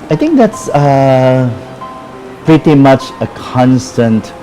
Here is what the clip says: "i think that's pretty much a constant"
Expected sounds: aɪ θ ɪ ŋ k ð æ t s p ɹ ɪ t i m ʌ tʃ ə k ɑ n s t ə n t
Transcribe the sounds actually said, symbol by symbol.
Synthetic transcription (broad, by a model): aɪ t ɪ ŋ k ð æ t s p ɹ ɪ t i m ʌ tʃ ə k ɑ n s t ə n t